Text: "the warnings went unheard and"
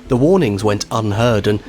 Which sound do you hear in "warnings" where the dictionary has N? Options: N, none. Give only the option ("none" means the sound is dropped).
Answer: N